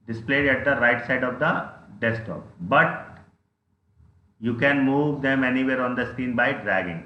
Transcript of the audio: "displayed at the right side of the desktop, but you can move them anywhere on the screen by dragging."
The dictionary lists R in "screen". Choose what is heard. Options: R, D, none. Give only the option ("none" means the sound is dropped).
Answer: none